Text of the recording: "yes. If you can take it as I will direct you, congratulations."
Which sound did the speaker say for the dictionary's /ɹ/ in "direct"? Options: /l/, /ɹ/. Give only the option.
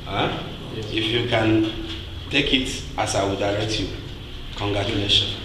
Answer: /l/